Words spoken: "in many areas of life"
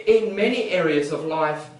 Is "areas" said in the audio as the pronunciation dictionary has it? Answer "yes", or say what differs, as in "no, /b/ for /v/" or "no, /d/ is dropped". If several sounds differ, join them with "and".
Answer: yes